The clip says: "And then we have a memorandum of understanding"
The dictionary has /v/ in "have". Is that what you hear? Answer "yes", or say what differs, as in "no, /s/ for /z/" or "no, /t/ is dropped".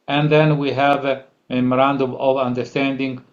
yes